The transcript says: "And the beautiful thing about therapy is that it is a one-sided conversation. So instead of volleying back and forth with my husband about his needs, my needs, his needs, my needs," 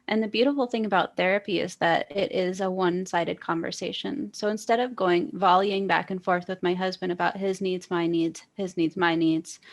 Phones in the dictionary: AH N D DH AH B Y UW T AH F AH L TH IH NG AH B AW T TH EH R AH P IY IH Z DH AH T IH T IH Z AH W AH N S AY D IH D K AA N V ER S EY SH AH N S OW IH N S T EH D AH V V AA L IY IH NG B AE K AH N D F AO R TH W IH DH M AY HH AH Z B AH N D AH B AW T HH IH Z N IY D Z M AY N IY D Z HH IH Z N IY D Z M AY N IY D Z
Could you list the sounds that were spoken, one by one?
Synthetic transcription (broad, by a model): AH N DH AH B Y UW T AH F L TH IH NG AH B AW T TH EH R AH P IY IH Z DH AH T IH T IH Z AH W AH N S AY D IH D K AA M V ER S EY SH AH N S OW IH N S T EH D AH V V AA L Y IH NG B AE K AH N F AO R TH W IH DH M AY HH AH Z B AH N D AH B AW T HH IH Z N IY D Z M AY N IY D Z HH IH Z N IY D Z M AY N IY D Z